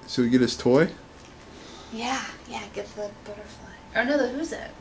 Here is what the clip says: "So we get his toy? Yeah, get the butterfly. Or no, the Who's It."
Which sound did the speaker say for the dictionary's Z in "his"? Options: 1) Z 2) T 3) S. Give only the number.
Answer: 3